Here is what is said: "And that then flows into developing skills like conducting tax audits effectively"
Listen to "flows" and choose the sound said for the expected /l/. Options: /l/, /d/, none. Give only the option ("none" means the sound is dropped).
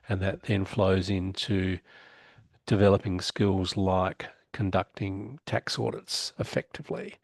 /l/